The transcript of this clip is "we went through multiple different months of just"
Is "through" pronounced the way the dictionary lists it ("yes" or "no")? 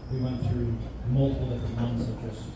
yes